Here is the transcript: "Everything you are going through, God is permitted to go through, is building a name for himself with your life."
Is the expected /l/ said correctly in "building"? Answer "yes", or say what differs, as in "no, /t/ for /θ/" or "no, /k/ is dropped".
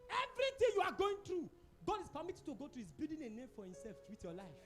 no, /l/ is dropped